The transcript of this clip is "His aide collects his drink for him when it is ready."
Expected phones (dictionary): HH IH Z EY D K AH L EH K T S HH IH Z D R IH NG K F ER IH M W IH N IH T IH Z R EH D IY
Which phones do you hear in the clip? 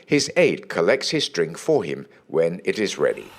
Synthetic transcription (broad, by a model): HH IH Z EY D K AH L EH K T S HH IH Z D R IH NG K F ER IH M W IH N IH T IH Z R EH D IY